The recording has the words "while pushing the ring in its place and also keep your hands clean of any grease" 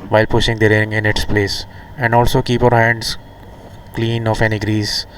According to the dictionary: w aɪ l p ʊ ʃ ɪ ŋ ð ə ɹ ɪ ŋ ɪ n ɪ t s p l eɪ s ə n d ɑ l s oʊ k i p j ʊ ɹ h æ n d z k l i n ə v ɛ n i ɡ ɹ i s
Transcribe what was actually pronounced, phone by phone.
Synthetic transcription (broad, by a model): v aɪ l p ʊ ʃ ɪ ŋ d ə ɹ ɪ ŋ ɪ n ɪ t s p l eɪ s ə n d ɑ l s oʊ k i p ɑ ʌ ɹ h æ n d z k l i n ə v ɛ n i ɡ ɹ i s